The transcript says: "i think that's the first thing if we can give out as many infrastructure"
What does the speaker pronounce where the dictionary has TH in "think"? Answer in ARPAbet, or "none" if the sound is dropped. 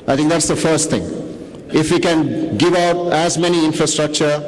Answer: T